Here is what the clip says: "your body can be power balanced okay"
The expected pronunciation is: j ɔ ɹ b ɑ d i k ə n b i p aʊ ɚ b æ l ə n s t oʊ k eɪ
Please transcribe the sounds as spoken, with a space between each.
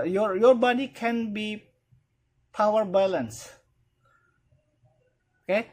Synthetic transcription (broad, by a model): j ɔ ɹ b ɑ d i k ə n b i p aʊ ɚ b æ l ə n s oʊ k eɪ